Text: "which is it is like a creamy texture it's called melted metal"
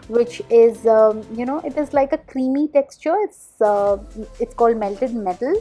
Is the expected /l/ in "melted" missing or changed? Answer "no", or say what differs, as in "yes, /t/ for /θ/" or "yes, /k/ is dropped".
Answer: no